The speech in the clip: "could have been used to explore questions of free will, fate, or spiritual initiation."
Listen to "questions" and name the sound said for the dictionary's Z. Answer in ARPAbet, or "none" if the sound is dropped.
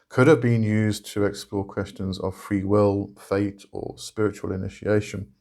Z